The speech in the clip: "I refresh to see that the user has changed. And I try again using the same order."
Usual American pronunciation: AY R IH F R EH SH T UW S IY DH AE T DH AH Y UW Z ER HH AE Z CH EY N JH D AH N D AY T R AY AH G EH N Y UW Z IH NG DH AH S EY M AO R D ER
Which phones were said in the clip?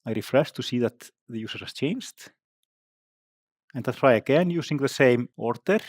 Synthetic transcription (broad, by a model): AY R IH F R EH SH T UW S IY DH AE T DH AH Y UW S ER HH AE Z CH EY N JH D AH N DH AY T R AY AH G EH N Y UW S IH NG DH AH S EY M AO R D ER